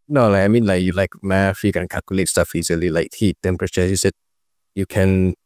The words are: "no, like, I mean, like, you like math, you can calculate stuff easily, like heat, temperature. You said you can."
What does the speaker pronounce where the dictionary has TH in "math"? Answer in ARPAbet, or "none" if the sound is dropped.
F